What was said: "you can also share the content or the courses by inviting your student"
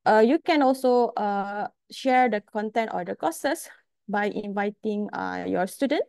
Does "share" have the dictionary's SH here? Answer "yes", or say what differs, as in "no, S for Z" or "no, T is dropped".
yes